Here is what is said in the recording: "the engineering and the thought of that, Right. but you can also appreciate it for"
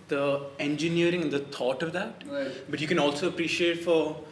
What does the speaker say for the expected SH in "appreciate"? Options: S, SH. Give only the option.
SH